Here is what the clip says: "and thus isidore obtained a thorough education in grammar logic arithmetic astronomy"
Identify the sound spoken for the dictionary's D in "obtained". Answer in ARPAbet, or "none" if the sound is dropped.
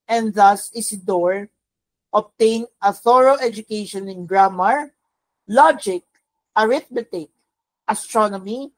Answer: none